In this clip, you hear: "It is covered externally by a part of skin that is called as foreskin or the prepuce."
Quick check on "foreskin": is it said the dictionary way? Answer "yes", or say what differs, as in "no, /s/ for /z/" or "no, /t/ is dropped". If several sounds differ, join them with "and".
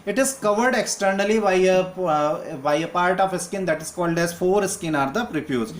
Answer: yes